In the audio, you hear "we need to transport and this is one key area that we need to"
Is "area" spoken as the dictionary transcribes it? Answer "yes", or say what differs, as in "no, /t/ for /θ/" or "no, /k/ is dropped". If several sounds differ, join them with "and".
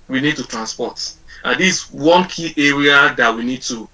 yes